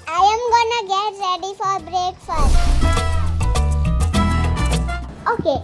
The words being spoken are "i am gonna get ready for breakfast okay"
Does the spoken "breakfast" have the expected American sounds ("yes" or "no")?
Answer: no